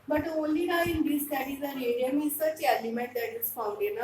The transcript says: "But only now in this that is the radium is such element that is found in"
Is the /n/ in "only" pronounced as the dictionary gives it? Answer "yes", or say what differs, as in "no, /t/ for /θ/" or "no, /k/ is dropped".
no, /n/ is dropped